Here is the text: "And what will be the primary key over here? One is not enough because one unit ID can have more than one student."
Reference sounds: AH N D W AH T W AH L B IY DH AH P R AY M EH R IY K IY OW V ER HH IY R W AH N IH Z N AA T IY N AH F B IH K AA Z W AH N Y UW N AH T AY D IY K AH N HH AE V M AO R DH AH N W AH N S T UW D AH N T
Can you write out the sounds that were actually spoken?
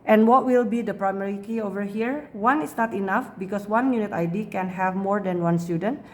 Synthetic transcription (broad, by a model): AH N W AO T W AH L B IY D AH P R AY M EH R IY K IY OW V ER HH IY R W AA N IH S N AA T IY N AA F B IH K AA S W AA N Y UW N AH T AY D IY K AH N HH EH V M AO R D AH N W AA N S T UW D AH N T